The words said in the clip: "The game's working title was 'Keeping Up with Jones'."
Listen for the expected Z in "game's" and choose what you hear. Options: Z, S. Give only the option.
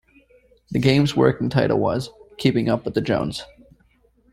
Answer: Z